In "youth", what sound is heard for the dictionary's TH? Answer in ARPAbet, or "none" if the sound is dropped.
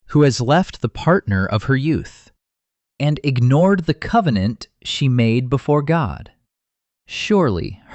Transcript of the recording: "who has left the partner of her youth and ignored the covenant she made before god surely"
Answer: TH